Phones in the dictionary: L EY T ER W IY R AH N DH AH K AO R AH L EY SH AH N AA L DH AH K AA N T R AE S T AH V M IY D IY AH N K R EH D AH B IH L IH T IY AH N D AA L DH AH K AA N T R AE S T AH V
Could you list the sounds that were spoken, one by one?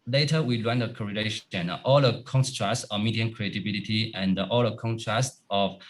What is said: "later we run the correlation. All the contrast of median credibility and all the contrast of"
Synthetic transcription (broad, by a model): L EY T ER W IY L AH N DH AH K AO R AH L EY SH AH N AA L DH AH K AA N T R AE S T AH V M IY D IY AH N K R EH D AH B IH L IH T IY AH N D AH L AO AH K AA N T R AE S T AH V